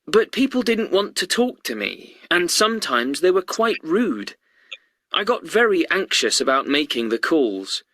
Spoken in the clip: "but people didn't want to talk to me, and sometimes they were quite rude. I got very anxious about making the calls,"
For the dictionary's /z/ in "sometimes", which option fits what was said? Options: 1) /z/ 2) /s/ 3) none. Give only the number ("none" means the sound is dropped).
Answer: 1